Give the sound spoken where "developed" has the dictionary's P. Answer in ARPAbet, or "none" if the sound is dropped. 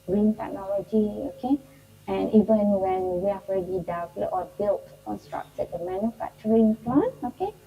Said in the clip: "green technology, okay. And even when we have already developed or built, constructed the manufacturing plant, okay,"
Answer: none